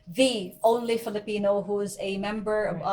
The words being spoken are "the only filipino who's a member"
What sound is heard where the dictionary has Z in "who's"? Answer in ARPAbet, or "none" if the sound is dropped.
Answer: Z